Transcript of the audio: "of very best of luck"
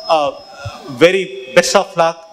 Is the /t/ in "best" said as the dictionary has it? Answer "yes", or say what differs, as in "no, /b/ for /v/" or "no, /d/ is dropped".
no, /t/ is dropped